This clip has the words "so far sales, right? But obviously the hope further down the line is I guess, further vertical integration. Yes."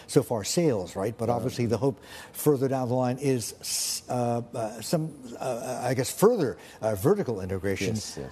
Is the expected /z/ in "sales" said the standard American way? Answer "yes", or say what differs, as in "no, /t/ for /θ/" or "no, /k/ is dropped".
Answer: yes